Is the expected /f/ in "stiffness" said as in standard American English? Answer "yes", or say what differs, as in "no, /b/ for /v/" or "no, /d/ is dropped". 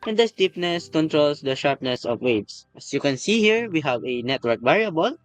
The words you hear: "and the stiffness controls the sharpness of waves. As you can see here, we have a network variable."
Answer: no, /p/ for /f/